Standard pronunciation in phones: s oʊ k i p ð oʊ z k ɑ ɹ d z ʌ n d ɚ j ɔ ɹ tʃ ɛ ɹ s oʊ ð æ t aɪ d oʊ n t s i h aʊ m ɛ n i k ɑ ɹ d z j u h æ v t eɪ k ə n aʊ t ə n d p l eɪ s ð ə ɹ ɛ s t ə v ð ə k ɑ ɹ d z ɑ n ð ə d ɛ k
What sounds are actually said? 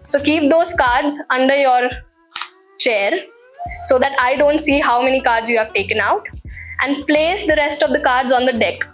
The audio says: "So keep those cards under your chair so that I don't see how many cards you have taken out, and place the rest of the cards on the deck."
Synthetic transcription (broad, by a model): s oʊ k i p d oʊ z k ɑ ɹ d z ʌ n d ɚ j ɔ ɹ tʃ ɛ ɹ s oʊ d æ t aɪ d oʊ n t s i h aʊ m ɛ n i k ɑ ɹ d z j u h æ v t eɪ k ə n aʊ t ə n d p l eɪ s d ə ɹ ɛ s t ə v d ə k ɑ ɹ d z ɑ n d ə d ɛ k